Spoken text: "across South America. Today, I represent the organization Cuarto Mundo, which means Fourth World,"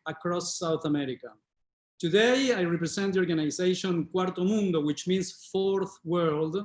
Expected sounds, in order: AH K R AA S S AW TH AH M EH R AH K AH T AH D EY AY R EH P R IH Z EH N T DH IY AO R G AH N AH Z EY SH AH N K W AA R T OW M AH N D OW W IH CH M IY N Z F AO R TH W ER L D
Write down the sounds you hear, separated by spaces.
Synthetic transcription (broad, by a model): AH K R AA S S AW TH AH M EH R AH K AH T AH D EY AY R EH P R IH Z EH N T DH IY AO R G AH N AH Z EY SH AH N K W AA R T OW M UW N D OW W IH CH M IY N S F AO R TH W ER L D